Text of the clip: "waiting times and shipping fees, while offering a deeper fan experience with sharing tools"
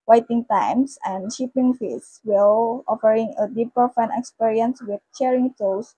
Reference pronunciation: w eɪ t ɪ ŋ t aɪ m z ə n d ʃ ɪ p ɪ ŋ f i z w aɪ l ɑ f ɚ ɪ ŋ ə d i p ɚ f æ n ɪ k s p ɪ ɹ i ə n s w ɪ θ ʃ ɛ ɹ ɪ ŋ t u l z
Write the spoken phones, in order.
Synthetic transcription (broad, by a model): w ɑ t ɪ ŋ t aɪ m s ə n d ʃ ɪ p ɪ ŋ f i s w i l ɑ f ɚ ɪ ŋ ə d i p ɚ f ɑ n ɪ k s p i ɹ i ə n s w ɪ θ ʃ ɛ ɹ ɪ ŋ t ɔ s